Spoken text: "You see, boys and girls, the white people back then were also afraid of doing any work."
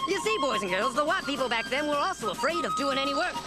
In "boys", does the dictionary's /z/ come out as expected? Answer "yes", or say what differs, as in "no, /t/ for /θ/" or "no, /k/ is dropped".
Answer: yes